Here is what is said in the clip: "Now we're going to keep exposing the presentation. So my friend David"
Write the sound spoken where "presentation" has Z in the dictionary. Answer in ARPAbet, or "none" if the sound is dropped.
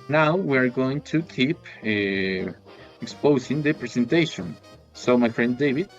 S